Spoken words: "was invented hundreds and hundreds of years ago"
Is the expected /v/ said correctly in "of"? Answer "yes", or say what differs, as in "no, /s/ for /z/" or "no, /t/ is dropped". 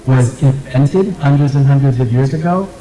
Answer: yes